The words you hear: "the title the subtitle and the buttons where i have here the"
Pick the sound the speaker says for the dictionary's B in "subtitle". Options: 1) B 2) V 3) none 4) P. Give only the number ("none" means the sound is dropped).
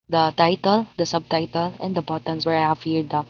1